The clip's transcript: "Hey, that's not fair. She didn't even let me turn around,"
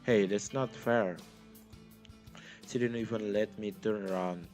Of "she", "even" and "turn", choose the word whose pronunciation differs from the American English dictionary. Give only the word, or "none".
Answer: she